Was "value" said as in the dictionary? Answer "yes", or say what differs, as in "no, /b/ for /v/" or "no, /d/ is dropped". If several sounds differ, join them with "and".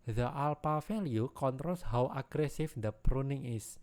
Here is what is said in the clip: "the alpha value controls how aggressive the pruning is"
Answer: no, /f/ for /v/